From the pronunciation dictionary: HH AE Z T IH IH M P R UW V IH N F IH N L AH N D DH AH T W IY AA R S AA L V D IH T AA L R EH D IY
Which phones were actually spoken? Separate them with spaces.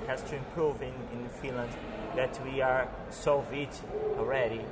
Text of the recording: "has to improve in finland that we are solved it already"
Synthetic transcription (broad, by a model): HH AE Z T IH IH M P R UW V IH N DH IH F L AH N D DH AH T W IY AA R S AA V IH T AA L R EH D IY